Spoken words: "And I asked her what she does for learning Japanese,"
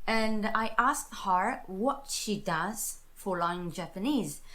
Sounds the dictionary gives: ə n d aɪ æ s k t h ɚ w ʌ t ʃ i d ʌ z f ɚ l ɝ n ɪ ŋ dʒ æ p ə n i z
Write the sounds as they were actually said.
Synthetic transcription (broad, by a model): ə n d aɪ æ s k t h ɚ w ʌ t ʃ i d ʌ z f ɚ l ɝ ɪ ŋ dʒ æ p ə n i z